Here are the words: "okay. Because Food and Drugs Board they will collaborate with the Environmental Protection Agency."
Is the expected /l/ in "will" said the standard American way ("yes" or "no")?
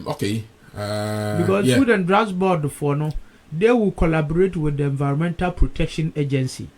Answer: no